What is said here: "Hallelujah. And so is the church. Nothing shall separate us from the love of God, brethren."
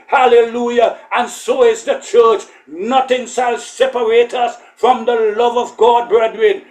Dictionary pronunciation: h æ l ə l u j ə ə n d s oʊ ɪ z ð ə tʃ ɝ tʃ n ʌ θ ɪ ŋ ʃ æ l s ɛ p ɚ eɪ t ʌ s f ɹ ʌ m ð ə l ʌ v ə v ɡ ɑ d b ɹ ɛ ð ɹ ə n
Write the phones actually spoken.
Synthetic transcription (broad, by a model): h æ l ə l u j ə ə n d s oʊ ɪ z ð ə tʃ ɝ tʃ n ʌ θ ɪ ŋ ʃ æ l s ɛ p ɚ eɪ t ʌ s f ɹ ʌ m ð ə l ʌ v ə v ɡ ɑ d b ɹ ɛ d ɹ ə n